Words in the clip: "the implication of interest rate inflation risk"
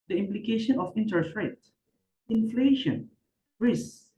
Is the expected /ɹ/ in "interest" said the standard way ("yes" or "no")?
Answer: no